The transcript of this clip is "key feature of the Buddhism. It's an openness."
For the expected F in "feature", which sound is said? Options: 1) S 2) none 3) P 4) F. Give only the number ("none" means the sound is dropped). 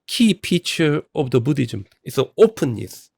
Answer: 3